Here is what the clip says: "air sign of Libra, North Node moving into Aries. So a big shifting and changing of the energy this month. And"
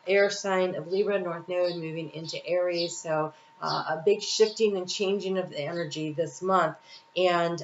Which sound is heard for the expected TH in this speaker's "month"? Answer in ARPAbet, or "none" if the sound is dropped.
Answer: TH